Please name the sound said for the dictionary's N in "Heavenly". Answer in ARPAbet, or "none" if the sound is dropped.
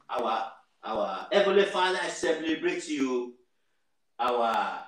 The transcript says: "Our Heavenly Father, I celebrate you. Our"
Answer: none